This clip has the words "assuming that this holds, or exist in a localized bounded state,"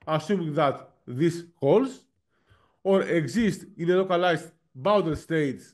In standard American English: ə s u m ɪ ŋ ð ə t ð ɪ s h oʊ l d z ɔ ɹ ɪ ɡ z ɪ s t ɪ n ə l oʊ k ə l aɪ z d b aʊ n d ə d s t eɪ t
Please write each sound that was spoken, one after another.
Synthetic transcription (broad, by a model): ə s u m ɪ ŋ ð ə t ð ɪ s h oʊ l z ɔ ɹ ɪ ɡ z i s t ɪ n ə l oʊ k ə l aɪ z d b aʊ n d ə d s t eɪ t